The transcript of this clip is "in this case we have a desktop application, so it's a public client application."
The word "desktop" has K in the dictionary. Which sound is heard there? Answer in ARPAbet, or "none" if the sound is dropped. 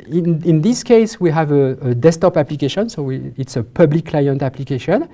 none